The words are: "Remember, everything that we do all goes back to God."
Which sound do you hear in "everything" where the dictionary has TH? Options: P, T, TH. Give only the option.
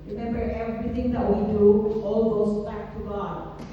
T